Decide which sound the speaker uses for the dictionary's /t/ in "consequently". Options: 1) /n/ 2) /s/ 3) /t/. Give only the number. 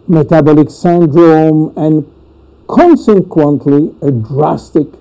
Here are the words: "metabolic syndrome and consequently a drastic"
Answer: 3